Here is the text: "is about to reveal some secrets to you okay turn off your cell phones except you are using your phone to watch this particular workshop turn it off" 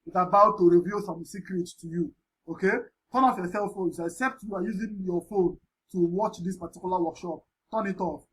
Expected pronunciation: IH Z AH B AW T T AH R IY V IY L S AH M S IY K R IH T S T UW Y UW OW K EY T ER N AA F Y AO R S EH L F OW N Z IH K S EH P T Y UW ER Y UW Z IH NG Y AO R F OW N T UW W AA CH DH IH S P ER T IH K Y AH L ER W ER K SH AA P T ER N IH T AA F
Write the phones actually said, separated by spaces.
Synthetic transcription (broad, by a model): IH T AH B AW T T AH R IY V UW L S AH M S IY K R IH T S T UW Y UW OW K EY T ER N AA F Y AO S EH L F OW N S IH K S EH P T Y UW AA Y UW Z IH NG Y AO F OW N T UW W AA CH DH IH S P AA T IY K Y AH L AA W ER K SH AA P T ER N IH T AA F